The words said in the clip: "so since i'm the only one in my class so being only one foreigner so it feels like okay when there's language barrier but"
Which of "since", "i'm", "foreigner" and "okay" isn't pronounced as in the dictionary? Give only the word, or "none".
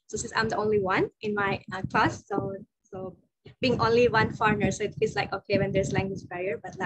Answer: none